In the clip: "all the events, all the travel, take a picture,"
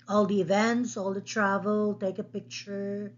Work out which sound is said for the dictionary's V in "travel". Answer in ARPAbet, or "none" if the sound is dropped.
V